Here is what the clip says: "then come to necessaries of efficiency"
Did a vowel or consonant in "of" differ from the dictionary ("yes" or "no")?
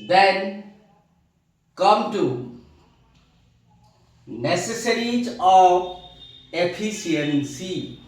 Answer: yes